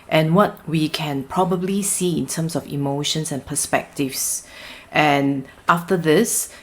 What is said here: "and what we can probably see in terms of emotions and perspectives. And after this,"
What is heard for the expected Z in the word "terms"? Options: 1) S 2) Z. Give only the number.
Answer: 1